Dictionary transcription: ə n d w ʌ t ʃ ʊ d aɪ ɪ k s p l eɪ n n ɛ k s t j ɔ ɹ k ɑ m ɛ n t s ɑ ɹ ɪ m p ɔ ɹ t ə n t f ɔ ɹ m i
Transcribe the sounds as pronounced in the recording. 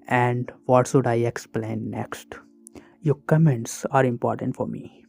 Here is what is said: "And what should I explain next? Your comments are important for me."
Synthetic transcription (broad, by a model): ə n d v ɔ t s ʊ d aɪ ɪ k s p l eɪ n n ɛ k s t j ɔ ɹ k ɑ m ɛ n t s ɑ ɹ ɪ m p ɔ ɹ t ə n t f ɔ ɹ m i